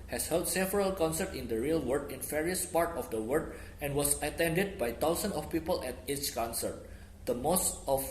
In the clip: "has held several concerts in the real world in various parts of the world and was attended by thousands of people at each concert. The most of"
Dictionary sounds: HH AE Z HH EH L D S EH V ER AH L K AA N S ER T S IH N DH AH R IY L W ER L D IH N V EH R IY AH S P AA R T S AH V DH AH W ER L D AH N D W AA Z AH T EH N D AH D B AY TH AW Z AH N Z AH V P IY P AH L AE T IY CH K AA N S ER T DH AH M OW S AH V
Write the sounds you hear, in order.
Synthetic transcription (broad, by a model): HH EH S HH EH L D S EH V ER AH L K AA N S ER T IH N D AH R IY L W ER D IH N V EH R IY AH S P AA R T AH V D AH W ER D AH N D W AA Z AH T EH N D AH D B AY T AW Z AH N S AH F P IY P AH L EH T IY CH K AA N S ER T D AH M OW S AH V